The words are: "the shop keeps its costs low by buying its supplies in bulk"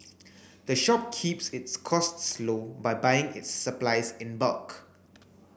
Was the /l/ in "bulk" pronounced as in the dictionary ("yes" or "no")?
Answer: yes